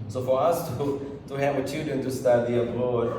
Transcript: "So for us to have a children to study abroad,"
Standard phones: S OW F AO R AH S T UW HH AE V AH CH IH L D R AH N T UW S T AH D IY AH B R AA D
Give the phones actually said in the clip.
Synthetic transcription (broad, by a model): S OW F AO R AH S T UW HH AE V AH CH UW D AH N T UW S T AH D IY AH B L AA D